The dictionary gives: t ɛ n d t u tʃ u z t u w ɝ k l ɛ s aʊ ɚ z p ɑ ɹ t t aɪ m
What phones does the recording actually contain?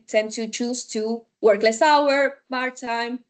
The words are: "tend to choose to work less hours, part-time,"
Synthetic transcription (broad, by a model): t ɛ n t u tʃ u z t u w ɝ k l ɛ s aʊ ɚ p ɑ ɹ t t aɪ m